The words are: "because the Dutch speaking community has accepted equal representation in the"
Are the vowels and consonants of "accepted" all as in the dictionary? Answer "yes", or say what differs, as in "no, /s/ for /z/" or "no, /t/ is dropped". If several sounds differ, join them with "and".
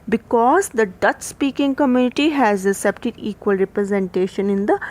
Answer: no, /k/ is dropped